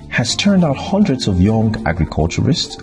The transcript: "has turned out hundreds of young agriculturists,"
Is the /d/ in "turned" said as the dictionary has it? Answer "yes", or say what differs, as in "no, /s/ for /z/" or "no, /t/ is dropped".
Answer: yes